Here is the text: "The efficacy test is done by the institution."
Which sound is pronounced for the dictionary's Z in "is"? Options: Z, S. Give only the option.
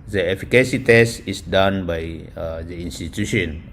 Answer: S